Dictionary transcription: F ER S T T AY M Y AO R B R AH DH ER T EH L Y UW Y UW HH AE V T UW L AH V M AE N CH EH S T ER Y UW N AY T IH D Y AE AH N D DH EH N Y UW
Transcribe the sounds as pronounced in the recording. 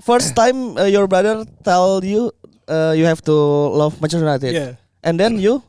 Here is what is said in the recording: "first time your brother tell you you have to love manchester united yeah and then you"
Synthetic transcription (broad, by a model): F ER S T T AY M Y AO R B R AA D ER T EH L Y UW Y UW HH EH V T UW L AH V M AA CH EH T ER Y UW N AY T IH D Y AH N D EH N Y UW